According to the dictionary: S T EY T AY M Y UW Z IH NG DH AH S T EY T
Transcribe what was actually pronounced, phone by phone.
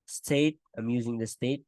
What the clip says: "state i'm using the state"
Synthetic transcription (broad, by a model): S T EY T AY M Y UW Z IH NG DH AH S T EY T